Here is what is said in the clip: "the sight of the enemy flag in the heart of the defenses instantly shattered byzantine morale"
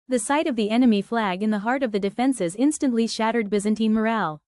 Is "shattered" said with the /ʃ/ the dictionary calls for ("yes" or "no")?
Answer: yes